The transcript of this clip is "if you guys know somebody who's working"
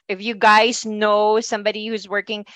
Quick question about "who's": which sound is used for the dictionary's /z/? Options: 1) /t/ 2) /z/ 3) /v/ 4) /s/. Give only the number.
2